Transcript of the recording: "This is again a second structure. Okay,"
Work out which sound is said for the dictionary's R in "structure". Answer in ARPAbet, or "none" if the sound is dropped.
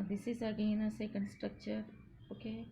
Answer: R